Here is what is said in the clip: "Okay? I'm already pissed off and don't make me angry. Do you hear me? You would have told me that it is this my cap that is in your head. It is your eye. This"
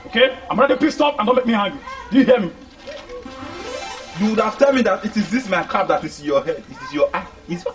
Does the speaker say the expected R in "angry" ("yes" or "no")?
no